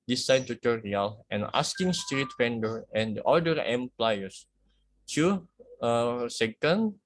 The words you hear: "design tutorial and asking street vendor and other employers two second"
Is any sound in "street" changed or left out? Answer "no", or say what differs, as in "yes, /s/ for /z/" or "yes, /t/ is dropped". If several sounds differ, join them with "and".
no